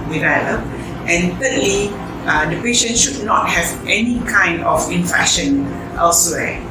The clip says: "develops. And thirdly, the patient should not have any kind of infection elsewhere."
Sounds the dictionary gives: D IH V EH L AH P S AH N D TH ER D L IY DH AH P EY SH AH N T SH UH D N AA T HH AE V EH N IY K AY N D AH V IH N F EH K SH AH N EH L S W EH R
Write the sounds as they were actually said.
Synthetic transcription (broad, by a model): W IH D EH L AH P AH N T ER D L IY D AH P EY SH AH N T SH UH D N AA T HH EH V EH N IY K AY N D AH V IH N F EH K SH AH N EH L S W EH